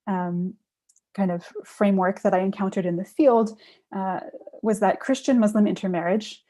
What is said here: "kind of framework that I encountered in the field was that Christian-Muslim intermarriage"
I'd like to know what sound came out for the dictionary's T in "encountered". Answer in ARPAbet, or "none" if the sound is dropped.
T